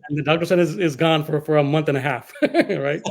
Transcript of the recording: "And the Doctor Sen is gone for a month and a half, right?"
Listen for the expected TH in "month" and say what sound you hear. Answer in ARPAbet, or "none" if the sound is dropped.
TH